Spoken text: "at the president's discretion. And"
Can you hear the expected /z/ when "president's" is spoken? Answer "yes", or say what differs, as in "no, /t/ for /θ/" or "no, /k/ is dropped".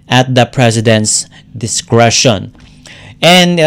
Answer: no, /s/ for /z/